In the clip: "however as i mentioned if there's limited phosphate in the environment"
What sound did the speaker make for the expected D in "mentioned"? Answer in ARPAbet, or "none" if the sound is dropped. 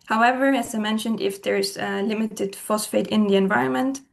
D